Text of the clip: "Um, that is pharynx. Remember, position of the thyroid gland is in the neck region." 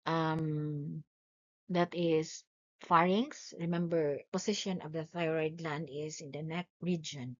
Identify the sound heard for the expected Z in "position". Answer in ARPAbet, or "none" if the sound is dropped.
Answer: S